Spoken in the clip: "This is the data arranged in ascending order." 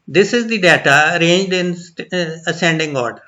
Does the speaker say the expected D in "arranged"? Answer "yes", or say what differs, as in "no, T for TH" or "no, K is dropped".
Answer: yes